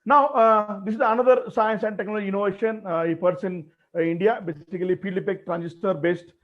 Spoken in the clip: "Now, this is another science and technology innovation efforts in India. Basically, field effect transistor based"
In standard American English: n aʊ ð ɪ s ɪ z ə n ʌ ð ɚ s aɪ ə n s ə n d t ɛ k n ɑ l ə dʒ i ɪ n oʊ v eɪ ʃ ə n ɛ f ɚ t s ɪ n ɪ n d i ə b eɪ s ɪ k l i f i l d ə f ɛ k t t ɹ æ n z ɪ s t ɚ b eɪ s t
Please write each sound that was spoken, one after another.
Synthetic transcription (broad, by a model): n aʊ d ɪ s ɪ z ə n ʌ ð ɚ s aɪ ə n s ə n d t ɛ k n ɑ l ə dʒ i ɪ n oʊ v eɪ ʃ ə n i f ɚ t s ɪ n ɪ n d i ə b eɪ s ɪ k l i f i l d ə p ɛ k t t ɹ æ n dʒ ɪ s t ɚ b eɪ s t